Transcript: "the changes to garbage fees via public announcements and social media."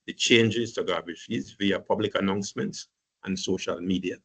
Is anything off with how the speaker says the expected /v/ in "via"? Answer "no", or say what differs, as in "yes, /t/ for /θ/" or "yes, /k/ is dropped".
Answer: no